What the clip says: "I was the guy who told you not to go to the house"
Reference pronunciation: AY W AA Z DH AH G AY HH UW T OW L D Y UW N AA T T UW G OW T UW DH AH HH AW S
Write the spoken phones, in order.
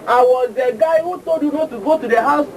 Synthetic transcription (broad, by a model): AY W AA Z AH G AY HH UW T OW D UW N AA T T UW G OW T UW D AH HH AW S